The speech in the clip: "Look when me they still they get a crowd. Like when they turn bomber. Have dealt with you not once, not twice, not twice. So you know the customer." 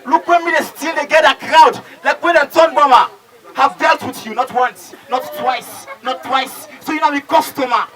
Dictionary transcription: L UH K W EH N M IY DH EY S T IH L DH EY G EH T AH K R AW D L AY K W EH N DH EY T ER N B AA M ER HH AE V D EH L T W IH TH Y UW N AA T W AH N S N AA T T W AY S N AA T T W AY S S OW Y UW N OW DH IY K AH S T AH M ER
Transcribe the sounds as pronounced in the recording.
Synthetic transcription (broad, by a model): L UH K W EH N M IY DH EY S T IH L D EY G EH T AH K R AW D L AY K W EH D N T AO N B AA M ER HH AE V D EH L T W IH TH Y UW N AA T W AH N S N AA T T W AY S N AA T T W AY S S OW Y UW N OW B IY K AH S T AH M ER